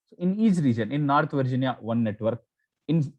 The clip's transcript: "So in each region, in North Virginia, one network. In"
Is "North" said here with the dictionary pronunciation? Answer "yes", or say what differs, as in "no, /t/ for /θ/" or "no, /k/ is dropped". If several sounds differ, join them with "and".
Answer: no, /t/ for /θ/